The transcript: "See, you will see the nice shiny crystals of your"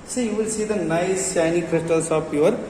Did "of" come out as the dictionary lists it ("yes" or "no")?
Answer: no